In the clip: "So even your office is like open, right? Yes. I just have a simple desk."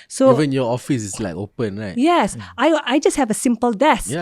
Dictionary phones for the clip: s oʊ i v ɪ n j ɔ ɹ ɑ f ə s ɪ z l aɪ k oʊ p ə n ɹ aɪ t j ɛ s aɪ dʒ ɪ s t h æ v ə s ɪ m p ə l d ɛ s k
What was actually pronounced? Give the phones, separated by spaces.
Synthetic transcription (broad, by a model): s oʊ i v ɪ n j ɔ ɑ f ə s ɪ s l aɪ k oʊ p ə n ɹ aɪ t j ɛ s aɪ dʒ ɪ s t h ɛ v ə s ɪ m p ə l d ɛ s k